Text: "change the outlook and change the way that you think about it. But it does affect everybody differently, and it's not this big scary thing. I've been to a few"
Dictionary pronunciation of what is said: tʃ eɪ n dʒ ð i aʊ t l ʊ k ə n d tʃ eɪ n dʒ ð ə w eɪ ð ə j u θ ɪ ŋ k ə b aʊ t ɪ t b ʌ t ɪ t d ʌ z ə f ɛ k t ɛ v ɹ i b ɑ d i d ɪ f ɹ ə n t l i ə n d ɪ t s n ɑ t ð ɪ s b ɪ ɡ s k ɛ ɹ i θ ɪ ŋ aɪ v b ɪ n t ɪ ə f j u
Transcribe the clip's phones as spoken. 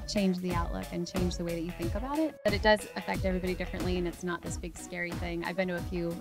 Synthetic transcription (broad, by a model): tʃ eɪ n dʒ ð i aʊ t l ʊ k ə n tʃ eɪ n dʒ ð ə w eɪ ð ə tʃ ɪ θ ɪ ŋ k ə b aʊ t ɪ t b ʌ t ɪ t d ʌ z ə f ɛ k t ɛ v ɹ i b ɑ d i d ɪ f ɹ ə n t l i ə n ɪ t s n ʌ t ð ɪ s b ɪ ɡ s k ɛ ɹ i θ ɪ ŋ aɪ v b ɪ n t ɪ ə f j u